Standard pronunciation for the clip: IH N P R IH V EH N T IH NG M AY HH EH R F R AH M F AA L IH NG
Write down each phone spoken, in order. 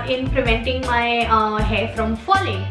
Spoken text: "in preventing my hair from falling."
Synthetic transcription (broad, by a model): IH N P L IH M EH N T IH NG M AY HH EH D F R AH M F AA L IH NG